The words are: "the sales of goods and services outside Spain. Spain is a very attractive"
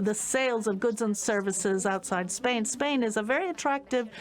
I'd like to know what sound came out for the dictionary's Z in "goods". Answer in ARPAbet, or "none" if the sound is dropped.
Z